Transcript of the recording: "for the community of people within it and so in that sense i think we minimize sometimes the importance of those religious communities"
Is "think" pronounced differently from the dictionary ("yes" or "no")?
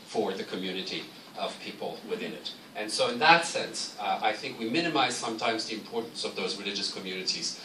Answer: no